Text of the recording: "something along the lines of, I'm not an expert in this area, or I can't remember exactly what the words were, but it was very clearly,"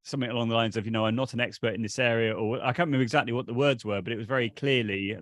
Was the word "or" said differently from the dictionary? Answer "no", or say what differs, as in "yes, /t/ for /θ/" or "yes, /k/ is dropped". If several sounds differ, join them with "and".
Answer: yes, /w/ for /ɹ/